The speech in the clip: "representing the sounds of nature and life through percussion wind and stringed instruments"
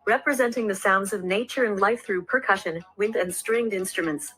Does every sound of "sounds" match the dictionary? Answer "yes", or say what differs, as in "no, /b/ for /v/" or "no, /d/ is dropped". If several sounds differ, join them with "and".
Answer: yes